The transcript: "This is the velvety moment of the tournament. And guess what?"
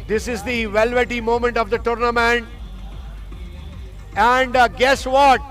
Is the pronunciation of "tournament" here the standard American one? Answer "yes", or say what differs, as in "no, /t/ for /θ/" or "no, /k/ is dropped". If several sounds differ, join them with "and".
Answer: yes